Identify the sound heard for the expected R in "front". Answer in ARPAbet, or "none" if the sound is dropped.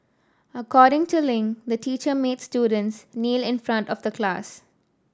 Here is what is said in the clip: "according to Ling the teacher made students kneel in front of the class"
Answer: R